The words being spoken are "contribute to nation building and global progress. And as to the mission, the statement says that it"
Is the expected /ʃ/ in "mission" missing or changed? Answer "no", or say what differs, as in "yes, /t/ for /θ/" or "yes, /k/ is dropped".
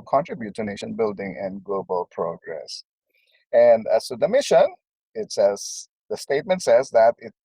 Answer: yes, /s/ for /ʃ/